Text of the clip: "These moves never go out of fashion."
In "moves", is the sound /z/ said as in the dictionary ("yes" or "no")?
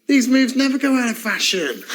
yes